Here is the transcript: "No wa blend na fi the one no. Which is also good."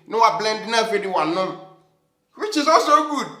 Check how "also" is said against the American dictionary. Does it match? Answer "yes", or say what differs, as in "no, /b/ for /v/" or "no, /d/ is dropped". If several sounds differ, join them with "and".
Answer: no, /l/ is dropped